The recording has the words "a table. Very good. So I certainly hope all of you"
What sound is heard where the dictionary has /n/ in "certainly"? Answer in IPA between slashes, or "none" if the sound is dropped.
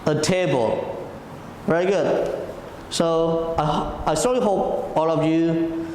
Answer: none